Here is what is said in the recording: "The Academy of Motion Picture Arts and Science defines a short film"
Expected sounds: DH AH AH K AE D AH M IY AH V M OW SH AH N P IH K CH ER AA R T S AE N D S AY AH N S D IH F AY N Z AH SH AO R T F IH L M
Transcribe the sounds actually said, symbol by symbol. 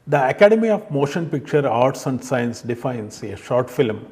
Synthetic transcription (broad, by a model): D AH AH K AE D AH M IY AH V M OW SH AH N P IH K CH ER AA R T S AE N D S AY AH N S D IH F AY N S AH SH AO R T F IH L M